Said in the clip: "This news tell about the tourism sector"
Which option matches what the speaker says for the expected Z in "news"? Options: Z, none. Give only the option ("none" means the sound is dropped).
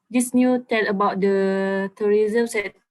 none